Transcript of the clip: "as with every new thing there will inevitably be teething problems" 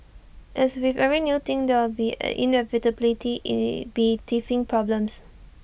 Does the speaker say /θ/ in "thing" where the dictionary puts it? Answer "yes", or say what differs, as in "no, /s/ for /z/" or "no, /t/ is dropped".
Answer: no, /t/ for /θ/